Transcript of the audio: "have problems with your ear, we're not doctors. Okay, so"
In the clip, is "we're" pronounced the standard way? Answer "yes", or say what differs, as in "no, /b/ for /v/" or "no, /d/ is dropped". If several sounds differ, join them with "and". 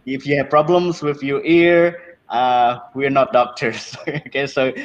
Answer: yes